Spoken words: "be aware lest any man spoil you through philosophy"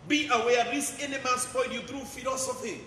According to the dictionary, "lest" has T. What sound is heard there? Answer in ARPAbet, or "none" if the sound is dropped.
none